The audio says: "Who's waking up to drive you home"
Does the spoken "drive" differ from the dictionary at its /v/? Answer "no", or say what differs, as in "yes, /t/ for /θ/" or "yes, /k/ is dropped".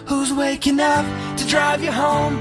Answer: no